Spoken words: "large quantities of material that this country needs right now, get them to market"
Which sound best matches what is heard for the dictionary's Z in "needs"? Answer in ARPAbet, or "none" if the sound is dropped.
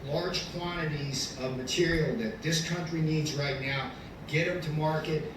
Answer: Z